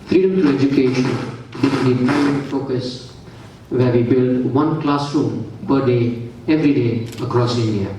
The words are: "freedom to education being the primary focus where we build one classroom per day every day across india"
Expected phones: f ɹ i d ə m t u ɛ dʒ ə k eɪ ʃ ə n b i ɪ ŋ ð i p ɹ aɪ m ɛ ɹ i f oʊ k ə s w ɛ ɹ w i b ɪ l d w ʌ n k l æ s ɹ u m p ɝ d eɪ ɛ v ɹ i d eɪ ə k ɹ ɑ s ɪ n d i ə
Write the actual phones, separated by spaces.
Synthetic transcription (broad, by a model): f ɹ i d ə m t u ɛ dʒ ə k eɪ ʃ ə n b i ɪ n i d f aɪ ɛ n f oʊ k ə s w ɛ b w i b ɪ l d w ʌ n k l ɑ s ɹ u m p ɝ d eɪ ɛ v ɹ i d eɪ ə k ɹ ɑ s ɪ n d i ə